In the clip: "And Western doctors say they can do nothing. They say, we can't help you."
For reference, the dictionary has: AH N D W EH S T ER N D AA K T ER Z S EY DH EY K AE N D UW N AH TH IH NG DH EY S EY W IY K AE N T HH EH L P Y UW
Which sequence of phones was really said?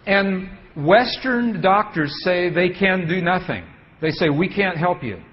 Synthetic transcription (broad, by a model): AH N W EH S T ER N D AA K T ER Z S EY DH EY K AE N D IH N AH TH IH NG DH EY S EY W IY K AE N T HH EH L P Y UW